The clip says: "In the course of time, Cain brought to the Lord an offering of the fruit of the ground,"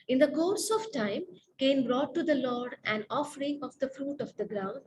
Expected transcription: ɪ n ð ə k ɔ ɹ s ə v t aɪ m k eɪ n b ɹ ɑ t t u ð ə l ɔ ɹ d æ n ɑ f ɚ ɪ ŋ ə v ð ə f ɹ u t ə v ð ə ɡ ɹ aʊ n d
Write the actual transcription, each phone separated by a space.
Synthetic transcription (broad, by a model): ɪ n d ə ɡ ɔ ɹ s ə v t aɪ m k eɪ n b ɹ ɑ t t u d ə l ɔ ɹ d æ n ɑ f ɚ ɪ ŋ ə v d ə f ɹ u t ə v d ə ɡ ɹ aʊ n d